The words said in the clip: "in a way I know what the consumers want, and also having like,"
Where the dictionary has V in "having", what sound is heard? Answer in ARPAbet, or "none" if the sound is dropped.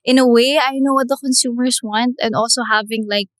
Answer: V